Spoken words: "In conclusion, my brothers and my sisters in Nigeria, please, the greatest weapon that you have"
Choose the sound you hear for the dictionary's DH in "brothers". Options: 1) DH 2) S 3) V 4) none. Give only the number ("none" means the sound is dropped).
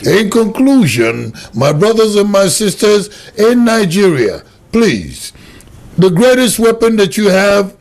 1